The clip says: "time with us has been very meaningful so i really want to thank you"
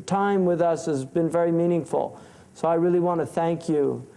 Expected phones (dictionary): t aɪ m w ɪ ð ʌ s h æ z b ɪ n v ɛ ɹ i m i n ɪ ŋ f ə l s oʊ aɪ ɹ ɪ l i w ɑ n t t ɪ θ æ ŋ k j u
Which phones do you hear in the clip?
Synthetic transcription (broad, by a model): t aɪ m w ɪ ð ʌ s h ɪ z b ɪ n v ɛ ɹ i m i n ɪ ŋ f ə l s oʊ aɪ ɹ ɪ l i w ɑ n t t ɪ θ æ ŋ k j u